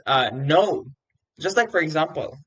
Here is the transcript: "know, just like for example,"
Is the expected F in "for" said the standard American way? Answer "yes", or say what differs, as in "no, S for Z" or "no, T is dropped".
yes